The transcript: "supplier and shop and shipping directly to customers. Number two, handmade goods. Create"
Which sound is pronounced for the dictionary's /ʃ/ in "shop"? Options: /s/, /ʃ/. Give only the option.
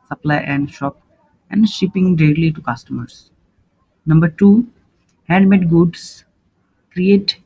/ʃ/